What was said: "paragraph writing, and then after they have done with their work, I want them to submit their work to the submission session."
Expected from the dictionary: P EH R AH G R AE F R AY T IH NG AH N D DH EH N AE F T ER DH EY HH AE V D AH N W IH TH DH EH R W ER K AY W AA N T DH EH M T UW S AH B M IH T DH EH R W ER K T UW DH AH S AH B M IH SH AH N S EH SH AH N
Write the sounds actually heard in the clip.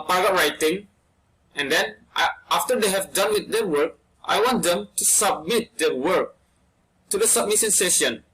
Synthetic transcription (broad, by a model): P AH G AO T R AY T IH NG AH N D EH N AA F T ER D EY HH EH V D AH N W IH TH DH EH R W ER K AY W AA N T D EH M T UW S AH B M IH T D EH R W ER K T UW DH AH S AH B M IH S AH N S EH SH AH N